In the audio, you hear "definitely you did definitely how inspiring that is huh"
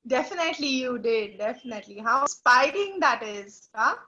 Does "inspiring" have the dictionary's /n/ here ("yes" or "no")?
no